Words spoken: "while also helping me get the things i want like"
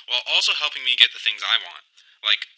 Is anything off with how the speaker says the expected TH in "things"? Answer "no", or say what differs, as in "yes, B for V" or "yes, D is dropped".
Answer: no